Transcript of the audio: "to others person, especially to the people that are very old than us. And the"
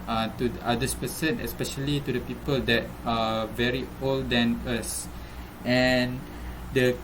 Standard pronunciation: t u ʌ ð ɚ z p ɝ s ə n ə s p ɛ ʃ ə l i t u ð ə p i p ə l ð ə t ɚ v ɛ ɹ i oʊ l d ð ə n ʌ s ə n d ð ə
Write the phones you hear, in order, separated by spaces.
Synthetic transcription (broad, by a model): t u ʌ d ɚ s p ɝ s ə n ə s p ɛ ʃ ə l i t u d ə p i p ə l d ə t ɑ v ɛ ɹ i oʊ l d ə n ʌ s ə n d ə